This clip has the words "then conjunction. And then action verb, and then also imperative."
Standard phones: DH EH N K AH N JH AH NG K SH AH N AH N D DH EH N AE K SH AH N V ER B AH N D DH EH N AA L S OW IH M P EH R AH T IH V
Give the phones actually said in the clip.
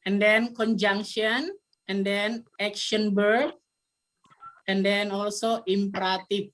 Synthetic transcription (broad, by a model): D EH N K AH N JH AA NG K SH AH N AH N D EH N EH K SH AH N B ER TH AH N D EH N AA L S OW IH M P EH R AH T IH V